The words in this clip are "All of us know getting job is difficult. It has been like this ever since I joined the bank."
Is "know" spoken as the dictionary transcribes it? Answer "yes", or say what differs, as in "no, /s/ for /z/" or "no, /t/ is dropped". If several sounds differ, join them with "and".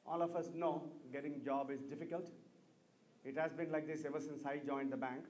yes